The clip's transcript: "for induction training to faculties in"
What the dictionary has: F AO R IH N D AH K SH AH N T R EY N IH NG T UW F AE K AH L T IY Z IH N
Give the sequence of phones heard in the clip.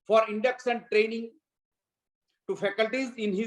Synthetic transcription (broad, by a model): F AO R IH N D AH K S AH N T R EY N IH NG T UW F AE K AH L T IY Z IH N